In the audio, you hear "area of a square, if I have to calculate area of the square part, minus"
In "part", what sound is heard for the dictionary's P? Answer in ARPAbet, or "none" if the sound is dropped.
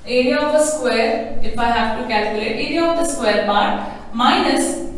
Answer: B